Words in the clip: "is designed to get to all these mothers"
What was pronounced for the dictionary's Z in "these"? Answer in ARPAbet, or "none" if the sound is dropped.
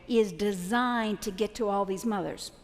Z